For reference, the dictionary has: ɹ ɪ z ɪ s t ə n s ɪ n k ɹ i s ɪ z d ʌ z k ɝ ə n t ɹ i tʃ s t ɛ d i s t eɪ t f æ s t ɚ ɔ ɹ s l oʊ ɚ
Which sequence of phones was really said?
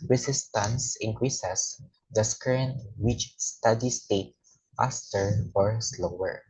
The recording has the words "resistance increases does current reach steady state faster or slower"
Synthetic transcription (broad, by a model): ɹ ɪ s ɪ s t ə n s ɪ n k ɹ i s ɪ s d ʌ s k ɝ ə n t w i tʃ s t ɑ d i s t eɪ t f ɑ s t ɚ ɔ ɹ s l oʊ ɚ